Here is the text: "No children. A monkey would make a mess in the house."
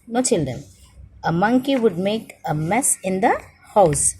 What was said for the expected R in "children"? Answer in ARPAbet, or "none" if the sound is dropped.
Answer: R